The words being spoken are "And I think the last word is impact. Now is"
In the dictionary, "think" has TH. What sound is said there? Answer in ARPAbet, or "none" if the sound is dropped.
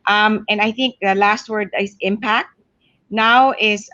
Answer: TH